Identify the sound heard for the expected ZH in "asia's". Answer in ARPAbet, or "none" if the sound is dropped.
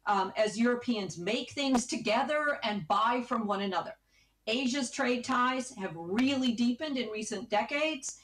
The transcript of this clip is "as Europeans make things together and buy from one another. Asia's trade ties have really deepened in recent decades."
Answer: ZH